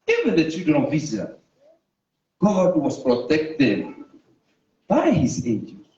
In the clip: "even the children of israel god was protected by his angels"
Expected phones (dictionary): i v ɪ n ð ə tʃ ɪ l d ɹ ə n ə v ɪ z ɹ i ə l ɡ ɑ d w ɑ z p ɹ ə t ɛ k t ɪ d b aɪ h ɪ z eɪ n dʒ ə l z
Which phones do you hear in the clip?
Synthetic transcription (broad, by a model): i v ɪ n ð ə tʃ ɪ d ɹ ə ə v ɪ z i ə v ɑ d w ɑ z p ɹ ə t ɛ k t ɪ d b aɪ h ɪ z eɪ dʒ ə